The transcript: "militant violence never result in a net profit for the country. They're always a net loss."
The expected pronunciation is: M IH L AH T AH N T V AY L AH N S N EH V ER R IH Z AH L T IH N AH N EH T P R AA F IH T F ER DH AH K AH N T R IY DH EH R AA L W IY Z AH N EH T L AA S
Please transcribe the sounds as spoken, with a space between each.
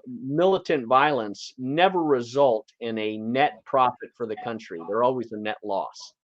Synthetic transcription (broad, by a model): M IH L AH T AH N T V AY L AH N S N EH V ER R IH Z AH L T IH N AH N EH T P R AA F IH T F ER DH AH K AH N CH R IY DH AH R AA L W IY Z AH N EH T L AA S